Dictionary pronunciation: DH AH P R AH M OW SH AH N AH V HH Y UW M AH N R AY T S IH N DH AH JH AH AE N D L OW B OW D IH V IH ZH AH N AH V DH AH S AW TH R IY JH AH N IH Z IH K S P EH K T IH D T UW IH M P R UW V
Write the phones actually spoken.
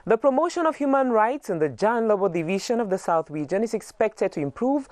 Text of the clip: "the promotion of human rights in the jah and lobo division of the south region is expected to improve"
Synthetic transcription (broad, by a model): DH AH P R AH M OW SH AH N AH V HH Y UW M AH N R AY T S IH N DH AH JH AH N L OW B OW D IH V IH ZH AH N AH V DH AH S AW TH W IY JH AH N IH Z IH K S P EH K T IH D T UW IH M P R UW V